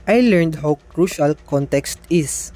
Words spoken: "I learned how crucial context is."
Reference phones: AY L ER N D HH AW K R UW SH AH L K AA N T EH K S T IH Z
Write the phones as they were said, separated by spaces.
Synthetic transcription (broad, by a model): AY L ER N D HH AW K R UW SH AH L K AA N T EH K S T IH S